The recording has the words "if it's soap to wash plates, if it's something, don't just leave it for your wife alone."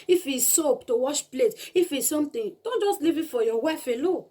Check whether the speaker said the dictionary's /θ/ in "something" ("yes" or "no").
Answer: no